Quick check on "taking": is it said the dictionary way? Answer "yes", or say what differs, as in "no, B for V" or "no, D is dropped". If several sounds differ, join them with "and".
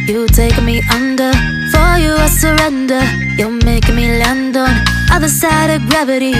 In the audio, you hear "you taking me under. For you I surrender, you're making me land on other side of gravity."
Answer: no, K is dropped